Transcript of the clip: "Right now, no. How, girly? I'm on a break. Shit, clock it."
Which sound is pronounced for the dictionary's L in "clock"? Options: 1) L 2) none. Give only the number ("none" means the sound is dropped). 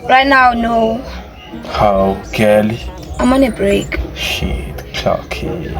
2